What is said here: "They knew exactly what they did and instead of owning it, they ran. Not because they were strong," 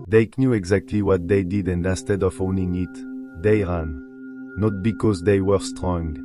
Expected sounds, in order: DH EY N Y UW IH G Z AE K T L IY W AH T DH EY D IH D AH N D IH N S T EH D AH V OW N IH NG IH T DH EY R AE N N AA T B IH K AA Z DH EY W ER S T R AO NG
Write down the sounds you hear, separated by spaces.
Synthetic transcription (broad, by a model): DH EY N Y UW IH G Z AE K T L IY W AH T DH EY D IH D AH N D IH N S T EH D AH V OW N IH NG IH T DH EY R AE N N AA T B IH K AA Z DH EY W ER S T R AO NG